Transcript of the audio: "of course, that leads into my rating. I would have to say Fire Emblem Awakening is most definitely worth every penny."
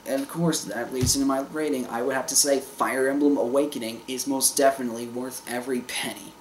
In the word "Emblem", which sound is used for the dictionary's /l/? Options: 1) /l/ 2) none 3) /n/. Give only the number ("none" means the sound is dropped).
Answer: 1